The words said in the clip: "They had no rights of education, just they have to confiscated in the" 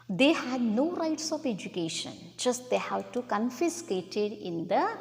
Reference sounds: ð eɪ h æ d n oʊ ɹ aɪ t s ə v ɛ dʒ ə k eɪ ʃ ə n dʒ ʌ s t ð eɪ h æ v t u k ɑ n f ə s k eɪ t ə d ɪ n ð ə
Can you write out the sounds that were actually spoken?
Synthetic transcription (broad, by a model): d eɪ h æ d n oʊ ɹ aɪ t s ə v ɛ dʒ ə k eɪ ʃ ə n dʒ ʌ s t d eɪ h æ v t u k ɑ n f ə s k eɪ t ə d ɪ n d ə